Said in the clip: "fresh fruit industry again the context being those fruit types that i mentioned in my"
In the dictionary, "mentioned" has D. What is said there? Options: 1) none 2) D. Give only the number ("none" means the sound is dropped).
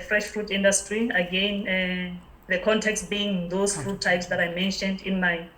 2